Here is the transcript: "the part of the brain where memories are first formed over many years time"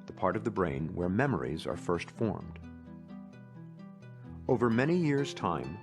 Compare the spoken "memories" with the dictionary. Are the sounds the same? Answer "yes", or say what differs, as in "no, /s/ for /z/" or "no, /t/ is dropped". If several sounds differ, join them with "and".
yes